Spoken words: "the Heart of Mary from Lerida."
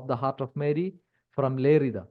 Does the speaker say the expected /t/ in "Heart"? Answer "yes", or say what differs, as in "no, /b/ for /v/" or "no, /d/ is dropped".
yes